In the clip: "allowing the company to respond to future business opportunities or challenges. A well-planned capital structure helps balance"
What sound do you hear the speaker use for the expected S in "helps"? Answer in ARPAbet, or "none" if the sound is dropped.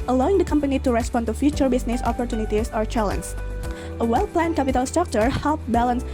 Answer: none